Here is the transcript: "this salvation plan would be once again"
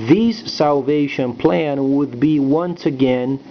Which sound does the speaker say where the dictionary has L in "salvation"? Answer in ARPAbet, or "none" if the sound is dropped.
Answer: L